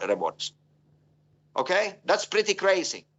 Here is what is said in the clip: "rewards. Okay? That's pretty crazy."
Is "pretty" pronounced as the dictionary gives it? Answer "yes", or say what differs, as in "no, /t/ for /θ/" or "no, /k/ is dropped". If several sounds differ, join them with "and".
yes